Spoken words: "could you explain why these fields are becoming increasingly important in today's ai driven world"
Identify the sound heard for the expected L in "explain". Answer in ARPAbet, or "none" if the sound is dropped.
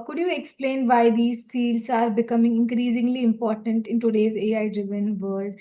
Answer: L